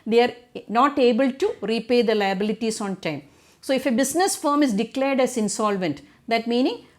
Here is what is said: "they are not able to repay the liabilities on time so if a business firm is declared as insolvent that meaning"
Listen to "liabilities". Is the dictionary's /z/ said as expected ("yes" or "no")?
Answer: no